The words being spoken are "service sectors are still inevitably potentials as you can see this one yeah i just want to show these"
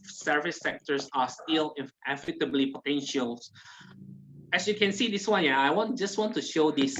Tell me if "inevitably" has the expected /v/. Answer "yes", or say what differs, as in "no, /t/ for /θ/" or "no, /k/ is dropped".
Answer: no, /f/ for /v/